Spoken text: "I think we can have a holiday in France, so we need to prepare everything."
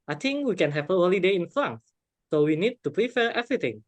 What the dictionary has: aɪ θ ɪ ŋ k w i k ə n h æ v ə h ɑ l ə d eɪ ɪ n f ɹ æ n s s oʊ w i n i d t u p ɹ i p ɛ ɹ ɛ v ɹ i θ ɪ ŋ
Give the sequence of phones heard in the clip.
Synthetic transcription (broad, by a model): aɪ t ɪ ŋ k w i k ə n h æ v ə h ɑ l ə d eɪ ɪ n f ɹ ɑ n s s oʊ w i n i d t u p ɹ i f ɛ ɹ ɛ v ɹ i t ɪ ŋ